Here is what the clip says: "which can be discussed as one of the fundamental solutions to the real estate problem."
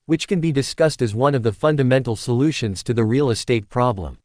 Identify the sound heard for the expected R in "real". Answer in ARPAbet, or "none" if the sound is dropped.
R